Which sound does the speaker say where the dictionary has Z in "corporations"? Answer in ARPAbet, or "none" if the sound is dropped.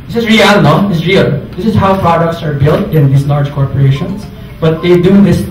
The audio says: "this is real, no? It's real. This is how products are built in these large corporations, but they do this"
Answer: S